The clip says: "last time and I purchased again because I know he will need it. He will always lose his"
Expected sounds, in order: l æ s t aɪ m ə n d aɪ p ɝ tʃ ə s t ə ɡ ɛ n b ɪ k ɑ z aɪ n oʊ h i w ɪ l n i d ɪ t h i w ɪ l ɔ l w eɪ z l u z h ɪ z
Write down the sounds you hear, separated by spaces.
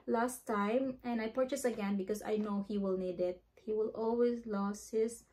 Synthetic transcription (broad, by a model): l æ s t aɪ m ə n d aɪ p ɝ tʃ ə s ə ɡ ɛ n b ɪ k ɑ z aɪ n oʊ h i w ɪ l n i d ɪ t h i w ɪ l ɔ l w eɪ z l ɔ s h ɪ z